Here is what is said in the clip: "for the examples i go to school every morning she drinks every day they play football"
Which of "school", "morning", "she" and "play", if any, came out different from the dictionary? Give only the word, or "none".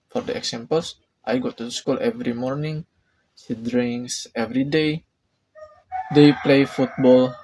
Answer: she